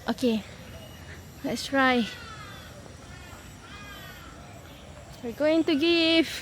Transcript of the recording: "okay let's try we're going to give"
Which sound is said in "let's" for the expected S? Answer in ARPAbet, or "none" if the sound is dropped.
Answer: S